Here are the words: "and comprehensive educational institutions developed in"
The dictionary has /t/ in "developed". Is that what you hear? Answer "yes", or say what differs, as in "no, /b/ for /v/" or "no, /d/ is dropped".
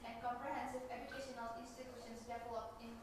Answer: no, /t/ is dropped